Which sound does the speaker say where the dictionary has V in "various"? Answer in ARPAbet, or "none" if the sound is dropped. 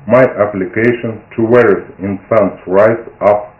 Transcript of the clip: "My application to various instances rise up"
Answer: W